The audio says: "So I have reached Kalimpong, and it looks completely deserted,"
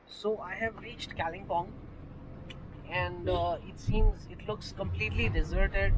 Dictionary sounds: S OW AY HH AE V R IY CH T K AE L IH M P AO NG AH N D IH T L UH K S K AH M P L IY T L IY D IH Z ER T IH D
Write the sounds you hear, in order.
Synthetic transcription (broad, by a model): S OW AY HH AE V R IY CH T K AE L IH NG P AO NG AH N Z IH T L UH K S K AH M P L IY T L IY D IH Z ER T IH D